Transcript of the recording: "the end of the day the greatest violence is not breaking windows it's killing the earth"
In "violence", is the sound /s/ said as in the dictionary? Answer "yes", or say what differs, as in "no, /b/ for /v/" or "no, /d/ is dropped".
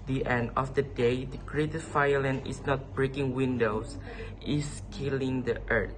no, /s/ is dropped